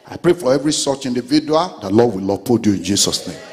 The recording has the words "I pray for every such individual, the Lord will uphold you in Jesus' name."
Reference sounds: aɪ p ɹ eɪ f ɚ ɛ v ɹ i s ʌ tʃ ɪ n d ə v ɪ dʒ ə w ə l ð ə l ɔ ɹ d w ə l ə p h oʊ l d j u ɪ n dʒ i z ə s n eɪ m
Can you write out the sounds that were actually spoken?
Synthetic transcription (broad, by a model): aɪ p ɹ eɪ f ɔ ɛ v ɹ i s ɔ tʃ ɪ n d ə v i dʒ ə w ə l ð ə l ɔ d w ə l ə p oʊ d j u ɪ n dʒ i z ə s n eɪ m